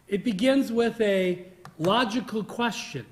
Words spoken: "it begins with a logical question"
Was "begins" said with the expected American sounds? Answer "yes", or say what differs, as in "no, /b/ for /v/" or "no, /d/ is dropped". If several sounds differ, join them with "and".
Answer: yes